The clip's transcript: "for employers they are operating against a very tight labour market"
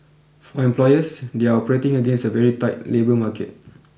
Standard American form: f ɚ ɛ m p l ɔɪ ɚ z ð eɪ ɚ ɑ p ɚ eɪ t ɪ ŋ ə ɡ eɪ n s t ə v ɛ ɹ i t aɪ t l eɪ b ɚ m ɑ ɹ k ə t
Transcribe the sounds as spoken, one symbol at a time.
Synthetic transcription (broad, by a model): f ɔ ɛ m p l ɔɪ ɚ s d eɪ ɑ ɑ p ɚ eɪ t ɪ ŋ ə ɡ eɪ n s ə v ɛ ɹ i t aɪ t l eɪ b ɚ m ɑ k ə t